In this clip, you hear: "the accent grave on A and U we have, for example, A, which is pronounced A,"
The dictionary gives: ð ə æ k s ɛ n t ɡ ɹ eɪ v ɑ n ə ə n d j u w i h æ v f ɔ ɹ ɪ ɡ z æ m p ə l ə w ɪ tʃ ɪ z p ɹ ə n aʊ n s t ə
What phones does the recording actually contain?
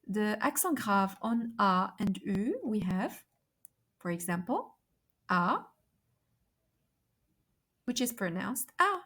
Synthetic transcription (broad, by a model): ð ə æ k s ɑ ɡ ɹ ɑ v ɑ n ə ə n d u w i h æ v f ɔ ɹ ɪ ɡ z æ m p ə l ə w ɪ tʃ ɪ z p ɹ ə n aʊ n s t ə